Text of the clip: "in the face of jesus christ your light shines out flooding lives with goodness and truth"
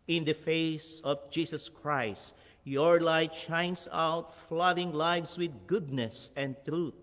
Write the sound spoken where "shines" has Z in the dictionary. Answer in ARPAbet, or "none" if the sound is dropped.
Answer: S